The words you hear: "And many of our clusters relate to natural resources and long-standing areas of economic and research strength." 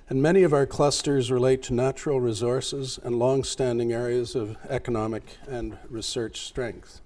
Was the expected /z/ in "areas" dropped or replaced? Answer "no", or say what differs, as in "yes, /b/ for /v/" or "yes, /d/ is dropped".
no